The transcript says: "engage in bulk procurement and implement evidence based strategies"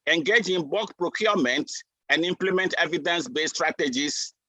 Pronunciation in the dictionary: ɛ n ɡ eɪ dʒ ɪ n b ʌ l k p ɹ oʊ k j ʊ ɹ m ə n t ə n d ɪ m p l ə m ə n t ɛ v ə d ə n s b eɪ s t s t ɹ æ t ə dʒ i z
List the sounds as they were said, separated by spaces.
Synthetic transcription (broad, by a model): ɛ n ɡ eɪ dʒ ɪ n b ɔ k p ɹ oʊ k j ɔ m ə n t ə n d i m p l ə m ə n t ɛ v ə d ə n s b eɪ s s t ɹ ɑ t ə dʒ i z